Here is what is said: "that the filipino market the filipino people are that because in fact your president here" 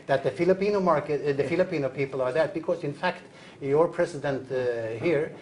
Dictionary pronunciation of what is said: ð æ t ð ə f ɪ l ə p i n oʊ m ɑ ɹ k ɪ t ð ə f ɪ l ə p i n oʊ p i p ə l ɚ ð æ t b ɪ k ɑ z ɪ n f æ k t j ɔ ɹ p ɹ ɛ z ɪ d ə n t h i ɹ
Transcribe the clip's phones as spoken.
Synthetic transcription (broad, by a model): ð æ t ð ə f ɪ l ə p i n oʊ m ɑ ɹ k ɪ t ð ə f ɪ l ə p i n oʊ p i p ə l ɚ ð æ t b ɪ k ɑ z ɪ n f æ k t j ɔ ɹ p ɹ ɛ s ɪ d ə n t h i ɹ